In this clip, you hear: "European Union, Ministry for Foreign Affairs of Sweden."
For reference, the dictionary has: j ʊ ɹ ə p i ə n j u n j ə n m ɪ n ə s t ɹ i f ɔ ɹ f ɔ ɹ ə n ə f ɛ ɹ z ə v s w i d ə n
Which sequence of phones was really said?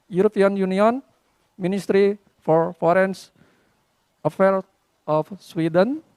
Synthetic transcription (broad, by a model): j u ɹ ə p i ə n j u n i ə n m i n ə s t ɹ i f ɔ ɹ f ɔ ɹ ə n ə f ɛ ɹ ə f s w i d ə n